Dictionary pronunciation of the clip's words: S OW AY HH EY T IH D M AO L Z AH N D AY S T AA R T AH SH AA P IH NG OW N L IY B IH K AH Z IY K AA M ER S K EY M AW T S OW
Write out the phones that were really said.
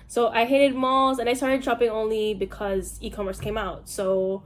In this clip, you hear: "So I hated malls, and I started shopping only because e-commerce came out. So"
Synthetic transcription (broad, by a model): S OW AY HH EY T IH D M AO L Z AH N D AY S T AA R T AH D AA P IH NG OW N L IY B IH K AH Z IY K AA M ER S K EY M AW T S OW